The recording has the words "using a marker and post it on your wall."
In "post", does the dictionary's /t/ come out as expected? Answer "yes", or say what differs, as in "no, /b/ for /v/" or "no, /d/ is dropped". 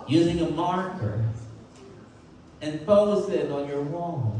no, /t/ is dropped